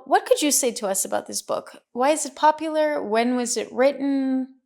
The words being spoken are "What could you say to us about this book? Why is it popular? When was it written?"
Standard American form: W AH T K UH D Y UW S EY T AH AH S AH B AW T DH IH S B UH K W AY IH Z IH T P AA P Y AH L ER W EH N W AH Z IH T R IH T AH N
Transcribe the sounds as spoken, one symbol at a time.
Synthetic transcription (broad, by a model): W AH T K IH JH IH S EY T AH AH S AH B AW T DH IH S B UH K W AY IH Z IH T P AA P Y L ER W EH N W AH Z IH T R IH T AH N